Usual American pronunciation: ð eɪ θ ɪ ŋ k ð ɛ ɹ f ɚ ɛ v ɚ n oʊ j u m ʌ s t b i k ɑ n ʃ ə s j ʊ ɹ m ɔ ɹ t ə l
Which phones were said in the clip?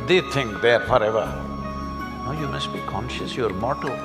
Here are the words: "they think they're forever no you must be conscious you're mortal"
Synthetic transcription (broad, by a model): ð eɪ t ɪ ŋ k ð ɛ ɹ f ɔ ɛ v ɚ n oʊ j u m ʌ s t b i k ɑ n ʃ ə s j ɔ ɹ m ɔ t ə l